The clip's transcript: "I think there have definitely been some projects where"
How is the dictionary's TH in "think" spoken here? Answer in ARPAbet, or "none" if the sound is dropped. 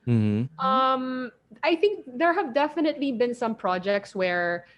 TH